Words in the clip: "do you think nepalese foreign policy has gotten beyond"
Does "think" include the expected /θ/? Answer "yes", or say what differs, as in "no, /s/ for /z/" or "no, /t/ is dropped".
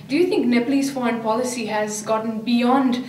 no, /t/ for /θ/